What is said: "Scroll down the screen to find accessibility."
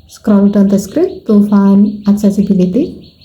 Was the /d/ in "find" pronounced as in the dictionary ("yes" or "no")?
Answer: no